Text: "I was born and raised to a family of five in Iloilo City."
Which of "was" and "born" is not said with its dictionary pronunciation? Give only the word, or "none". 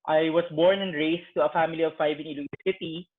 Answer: was